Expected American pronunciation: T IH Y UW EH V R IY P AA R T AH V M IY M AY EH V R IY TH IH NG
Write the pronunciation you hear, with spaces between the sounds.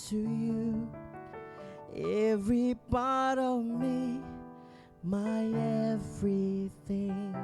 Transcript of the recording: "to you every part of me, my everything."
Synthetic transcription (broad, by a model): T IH Y UW EH V R IY P AA R T AH V M IY M AY EH V R IY TH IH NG